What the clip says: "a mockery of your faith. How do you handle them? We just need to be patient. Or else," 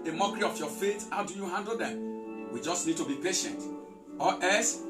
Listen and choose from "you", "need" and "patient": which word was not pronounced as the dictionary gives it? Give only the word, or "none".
none